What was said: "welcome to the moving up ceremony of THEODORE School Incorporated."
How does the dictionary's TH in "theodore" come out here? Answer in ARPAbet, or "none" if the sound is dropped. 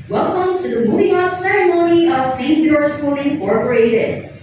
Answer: S